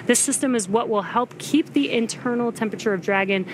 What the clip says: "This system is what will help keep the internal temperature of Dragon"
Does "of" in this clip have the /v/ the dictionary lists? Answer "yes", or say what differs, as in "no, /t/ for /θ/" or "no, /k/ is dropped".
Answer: yes